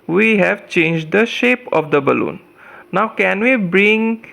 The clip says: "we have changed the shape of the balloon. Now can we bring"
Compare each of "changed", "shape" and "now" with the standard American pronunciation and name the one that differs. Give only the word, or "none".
none